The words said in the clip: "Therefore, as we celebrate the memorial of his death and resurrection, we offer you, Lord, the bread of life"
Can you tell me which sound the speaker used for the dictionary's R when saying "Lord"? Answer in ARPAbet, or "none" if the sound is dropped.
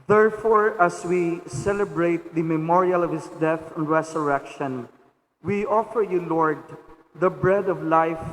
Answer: R